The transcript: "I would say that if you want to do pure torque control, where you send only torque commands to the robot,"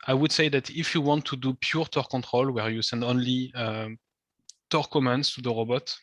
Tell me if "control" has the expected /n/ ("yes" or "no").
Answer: yes